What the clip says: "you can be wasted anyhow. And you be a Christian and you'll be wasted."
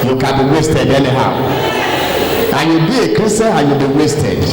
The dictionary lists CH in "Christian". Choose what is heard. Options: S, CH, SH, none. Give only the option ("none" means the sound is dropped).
none